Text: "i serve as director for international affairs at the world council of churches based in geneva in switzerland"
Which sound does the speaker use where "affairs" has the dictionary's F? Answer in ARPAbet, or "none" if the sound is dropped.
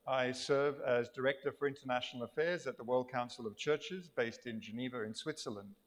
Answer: F